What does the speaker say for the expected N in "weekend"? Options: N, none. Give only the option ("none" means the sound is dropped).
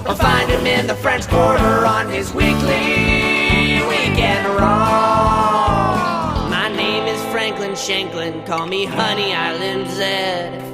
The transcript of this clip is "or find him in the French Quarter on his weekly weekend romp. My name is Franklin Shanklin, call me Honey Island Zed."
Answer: none